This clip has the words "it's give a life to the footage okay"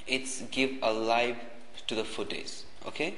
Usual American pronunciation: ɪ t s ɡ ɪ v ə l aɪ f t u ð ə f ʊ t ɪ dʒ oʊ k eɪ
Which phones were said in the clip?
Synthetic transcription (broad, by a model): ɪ t s ɡ ɪ v ə l aɪ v t u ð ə f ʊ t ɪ z oʊ k eɪ